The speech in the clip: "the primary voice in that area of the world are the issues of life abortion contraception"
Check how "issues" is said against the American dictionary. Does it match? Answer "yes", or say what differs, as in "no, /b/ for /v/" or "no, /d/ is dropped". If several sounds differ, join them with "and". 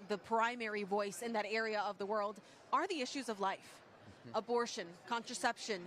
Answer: yes